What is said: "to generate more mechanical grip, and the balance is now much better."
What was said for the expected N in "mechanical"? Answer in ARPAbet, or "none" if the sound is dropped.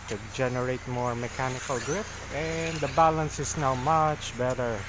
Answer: N